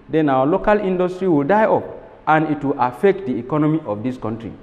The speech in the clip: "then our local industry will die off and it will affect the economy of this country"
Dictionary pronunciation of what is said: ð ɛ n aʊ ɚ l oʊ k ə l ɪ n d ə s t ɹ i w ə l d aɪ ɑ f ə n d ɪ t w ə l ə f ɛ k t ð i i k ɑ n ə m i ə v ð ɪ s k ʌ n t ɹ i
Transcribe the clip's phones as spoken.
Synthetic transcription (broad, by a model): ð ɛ n aʊ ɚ l oʊ k ə l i n d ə s t ɹ i w ə l d aɪ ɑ p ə n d ɪ t w ə l ə f ɛ k t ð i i k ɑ n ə m i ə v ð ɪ s k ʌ n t ɹ i